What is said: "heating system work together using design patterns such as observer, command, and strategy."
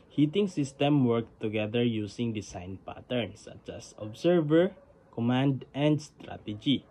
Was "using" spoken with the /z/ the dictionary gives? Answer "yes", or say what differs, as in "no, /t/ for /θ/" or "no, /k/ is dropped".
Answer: no, /s/ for /z/